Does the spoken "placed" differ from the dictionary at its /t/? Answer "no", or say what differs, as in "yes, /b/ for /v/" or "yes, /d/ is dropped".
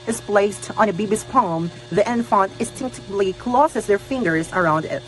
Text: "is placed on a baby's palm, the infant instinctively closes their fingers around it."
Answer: no